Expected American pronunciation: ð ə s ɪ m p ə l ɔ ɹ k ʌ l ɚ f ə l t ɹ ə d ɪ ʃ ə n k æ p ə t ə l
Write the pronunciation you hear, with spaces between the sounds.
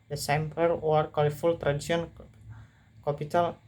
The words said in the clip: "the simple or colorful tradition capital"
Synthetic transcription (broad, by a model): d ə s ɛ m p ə w ɔ ɹ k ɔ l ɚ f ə l t ɹ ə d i s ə n k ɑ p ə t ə l